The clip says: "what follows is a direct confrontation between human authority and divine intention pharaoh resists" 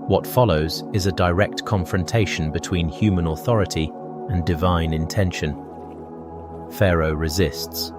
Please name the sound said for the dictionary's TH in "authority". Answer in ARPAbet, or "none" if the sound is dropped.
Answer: TH